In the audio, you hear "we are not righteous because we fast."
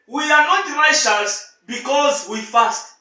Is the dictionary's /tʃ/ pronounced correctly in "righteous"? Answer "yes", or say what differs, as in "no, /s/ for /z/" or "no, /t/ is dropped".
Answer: no, /ʃ/ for /tʃ/